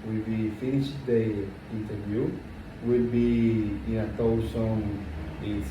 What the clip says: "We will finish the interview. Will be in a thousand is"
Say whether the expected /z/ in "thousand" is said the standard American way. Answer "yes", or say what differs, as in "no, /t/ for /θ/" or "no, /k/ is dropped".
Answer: no, /s/ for /z/